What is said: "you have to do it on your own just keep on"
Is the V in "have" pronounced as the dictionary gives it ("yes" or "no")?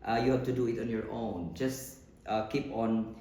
no